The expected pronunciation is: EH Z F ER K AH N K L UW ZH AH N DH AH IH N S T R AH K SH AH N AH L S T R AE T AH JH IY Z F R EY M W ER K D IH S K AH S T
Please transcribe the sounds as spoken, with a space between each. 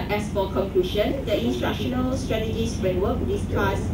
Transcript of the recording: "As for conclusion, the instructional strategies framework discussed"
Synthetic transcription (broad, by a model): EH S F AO K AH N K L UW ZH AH N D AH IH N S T AH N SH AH N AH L S T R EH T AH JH IY S F R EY M W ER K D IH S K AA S